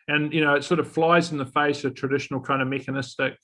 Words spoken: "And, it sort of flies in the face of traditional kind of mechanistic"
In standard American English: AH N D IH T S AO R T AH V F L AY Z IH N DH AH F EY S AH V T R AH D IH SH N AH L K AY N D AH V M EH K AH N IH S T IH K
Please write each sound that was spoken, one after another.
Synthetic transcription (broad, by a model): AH N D IH T S AO R T AH V F L AY Z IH N DH AH F EY S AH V T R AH D IH SH N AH L K AY N D AH V M EH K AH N IH S T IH K